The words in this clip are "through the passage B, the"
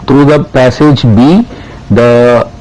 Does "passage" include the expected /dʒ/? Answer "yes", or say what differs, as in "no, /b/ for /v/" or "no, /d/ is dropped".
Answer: yes